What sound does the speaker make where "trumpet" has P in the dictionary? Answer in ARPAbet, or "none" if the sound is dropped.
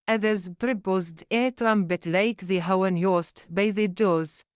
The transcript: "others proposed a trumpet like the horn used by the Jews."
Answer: B